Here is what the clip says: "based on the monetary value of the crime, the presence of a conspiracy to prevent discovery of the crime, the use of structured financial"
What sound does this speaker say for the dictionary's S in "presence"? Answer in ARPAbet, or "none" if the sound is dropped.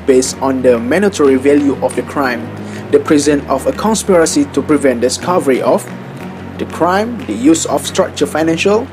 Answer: none